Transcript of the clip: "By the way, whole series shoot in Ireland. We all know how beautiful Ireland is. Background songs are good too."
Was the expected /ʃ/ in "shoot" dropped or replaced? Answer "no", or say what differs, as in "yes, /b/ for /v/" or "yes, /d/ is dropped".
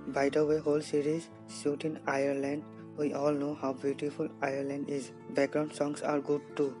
yes, /s/ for /ʃ/